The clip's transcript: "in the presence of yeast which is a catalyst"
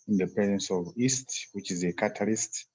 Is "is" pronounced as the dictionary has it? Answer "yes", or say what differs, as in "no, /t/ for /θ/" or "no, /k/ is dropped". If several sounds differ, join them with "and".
yes